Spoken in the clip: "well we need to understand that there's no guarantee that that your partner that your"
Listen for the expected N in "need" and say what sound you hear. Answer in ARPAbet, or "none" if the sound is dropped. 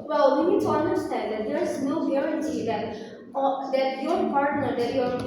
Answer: N